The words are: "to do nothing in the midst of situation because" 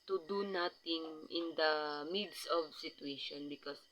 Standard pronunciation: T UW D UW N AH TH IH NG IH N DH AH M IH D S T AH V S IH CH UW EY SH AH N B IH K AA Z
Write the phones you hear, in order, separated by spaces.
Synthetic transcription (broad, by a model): T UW D UW N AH T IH NG IH N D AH M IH D S AH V S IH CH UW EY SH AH N B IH K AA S